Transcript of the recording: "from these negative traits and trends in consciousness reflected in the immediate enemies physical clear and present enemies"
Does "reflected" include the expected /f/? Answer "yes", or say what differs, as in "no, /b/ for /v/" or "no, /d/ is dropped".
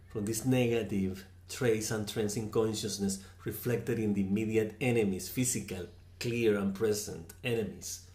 yes